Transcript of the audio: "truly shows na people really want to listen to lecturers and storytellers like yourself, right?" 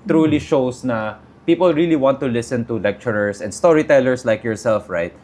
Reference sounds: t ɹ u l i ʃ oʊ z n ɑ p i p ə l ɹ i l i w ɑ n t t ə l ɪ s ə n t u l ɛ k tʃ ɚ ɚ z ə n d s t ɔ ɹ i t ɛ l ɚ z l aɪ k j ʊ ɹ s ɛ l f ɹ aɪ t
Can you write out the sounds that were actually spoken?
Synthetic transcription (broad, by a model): t ɹ u l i ʃ oʊ s n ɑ p i p ə l ɹ i l i w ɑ n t t ə l ɪ s ə n t u l ɛ k tʃ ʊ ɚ s ə n d s t ɔ ɹ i t ɛ l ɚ s l aɪ k j ʊ ɹ s ɛ l f ɹ aɪ t